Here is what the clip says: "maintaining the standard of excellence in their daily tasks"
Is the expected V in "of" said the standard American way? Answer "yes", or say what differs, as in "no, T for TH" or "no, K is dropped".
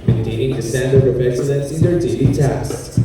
no, P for V